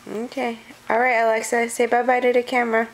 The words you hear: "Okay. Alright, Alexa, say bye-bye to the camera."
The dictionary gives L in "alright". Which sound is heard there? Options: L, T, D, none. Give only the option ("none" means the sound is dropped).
L